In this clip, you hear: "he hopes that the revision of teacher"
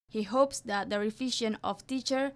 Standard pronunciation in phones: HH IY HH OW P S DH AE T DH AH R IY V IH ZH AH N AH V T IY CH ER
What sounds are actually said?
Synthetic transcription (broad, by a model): HH IY HH OW P S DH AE T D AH R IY F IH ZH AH N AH F T IY CH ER